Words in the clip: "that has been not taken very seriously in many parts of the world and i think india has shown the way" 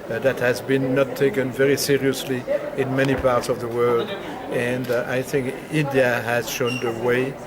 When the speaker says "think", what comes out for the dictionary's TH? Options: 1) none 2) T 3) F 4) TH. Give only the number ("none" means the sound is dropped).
4